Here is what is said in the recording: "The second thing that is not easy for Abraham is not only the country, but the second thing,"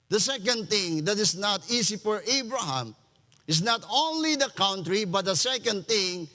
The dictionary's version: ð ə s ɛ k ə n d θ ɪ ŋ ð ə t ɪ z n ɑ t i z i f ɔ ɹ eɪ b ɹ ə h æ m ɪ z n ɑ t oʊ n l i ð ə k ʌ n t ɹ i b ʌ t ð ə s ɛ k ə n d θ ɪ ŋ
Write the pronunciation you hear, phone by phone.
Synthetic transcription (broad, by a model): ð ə s ɛ k ə n d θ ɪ ŋ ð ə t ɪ s n ɑ t i s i f ɔ ɹ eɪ b ɹ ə h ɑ m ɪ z n ɑ t oʊ n l i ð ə k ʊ n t ɹ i b ʌ t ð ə s ɛ k ə n d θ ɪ ŋ